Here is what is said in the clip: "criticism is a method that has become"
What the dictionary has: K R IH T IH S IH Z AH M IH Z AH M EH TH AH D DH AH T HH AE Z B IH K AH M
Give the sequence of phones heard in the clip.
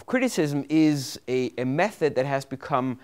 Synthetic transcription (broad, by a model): K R IH T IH S IH Z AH M IH Z AH M EH TH AH D DH AH T HH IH Z B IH K AH M